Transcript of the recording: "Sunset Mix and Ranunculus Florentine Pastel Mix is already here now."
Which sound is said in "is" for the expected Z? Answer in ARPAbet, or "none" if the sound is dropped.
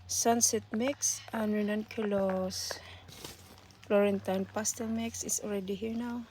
S